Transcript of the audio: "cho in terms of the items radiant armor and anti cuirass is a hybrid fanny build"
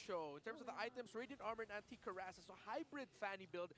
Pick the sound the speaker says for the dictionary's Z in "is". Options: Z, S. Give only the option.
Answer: S